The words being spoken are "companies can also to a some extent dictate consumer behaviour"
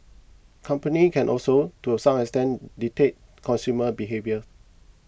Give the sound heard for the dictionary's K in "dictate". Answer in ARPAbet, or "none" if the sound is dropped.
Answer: none